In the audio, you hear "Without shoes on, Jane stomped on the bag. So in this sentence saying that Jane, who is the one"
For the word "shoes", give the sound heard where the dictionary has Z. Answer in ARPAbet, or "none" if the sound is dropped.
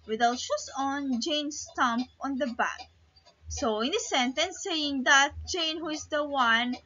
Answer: S